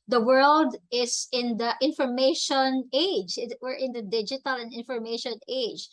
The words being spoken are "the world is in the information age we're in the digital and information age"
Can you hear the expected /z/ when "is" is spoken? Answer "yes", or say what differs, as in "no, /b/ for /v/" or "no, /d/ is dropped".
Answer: no, /s/ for /z/